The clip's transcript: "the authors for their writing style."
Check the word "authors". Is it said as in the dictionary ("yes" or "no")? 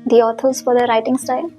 no